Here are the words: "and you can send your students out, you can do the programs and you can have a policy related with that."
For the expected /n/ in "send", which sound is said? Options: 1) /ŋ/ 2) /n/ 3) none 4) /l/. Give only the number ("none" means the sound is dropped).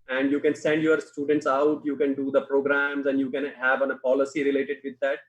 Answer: 2